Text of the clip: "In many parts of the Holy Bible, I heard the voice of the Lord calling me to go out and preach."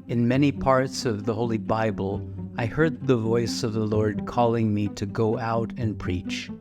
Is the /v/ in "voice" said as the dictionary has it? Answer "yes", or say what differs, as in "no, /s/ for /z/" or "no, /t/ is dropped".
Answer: yes